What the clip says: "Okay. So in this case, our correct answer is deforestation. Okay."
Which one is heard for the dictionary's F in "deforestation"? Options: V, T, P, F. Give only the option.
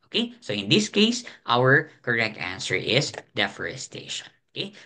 F